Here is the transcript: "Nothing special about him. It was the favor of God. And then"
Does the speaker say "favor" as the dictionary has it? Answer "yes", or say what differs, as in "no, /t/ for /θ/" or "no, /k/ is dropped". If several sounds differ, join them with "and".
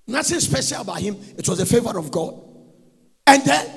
yes